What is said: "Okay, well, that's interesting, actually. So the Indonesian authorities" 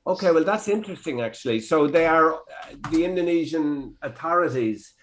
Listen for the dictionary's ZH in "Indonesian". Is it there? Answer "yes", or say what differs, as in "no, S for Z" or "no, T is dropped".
yes